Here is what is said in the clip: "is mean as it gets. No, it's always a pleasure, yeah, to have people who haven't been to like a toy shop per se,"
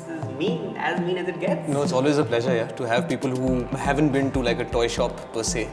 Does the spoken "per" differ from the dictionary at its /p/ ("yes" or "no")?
no